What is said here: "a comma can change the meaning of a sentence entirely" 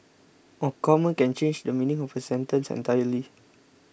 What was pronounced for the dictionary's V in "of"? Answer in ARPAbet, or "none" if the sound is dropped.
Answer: P